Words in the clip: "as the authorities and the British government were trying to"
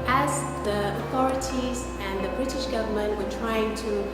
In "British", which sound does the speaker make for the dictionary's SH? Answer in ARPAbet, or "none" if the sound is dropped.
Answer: SH